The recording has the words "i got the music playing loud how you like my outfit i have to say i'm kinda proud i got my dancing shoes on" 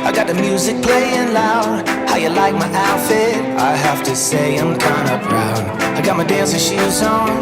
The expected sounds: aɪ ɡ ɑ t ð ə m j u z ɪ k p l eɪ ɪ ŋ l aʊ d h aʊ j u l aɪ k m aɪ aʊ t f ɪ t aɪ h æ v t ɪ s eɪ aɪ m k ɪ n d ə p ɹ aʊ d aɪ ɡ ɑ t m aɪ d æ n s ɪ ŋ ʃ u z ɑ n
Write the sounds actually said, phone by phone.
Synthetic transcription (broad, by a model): aɪ ɡ ɑ t ð ə m j u z ɪ k p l eɪ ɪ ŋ l aʊ d h aʊ j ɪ l aɪ k m aɪ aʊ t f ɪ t aɪ h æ f t ɪ s eɪ aɪ m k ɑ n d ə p ɹ aʊ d aɪ ɡ ɑ t m aɪ d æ n s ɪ ʃ u z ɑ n